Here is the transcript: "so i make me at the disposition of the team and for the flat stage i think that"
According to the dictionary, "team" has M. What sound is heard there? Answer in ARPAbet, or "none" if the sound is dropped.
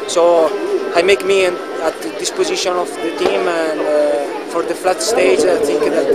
M